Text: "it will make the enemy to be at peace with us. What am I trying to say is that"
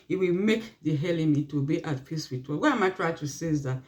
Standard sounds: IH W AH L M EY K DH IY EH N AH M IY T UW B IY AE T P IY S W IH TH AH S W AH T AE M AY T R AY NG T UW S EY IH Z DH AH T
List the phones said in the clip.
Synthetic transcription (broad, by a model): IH W AH L M EY K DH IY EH L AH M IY T UW B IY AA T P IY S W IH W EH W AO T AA M AY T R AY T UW S EY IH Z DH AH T